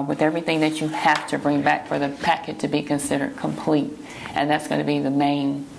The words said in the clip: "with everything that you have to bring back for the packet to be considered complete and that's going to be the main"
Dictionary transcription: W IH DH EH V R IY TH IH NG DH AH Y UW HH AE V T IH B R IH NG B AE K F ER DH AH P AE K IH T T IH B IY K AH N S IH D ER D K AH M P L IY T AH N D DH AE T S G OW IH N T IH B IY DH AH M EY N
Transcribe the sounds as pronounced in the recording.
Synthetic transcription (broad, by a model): W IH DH EH V R IY TH IH NG DH AH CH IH HH AE F T IH B R IH NG B AE K F ER DH AH P AE K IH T T IH B IY K AH N S IH D ER D K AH M P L IY T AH N DH AE T S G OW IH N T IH B IY DH AH M EY N